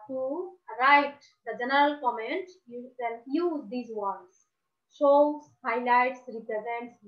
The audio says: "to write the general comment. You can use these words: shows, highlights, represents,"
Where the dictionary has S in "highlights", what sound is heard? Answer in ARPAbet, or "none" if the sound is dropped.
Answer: S